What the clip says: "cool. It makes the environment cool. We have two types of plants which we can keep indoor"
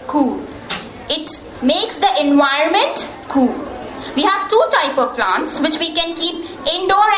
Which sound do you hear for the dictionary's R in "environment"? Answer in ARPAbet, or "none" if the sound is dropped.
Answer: none